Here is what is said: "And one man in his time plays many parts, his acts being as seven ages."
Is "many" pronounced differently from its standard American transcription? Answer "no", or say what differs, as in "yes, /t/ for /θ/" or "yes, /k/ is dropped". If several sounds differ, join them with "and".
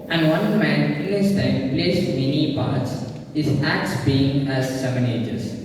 no